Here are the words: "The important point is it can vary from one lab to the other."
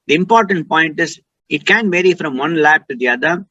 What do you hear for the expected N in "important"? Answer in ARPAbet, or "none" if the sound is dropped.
N